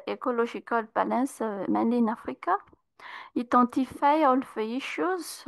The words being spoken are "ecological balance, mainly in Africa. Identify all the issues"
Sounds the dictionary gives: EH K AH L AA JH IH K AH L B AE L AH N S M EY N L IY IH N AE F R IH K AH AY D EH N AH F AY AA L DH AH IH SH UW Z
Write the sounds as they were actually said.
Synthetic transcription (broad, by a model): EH K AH L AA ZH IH K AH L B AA L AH S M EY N IY N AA F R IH K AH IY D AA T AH F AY AA L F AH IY SH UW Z